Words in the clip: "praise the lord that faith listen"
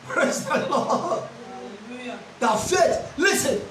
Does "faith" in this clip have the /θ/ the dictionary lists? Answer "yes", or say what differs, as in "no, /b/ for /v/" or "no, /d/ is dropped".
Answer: no, /t/ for /θ/